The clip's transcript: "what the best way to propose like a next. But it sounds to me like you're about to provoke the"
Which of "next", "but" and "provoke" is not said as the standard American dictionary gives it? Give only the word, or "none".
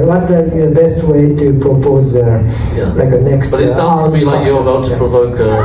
none